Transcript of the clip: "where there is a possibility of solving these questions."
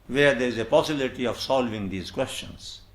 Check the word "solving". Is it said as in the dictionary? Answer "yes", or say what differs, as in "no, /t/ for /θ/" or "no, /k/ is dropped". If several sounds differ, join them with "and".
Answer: yes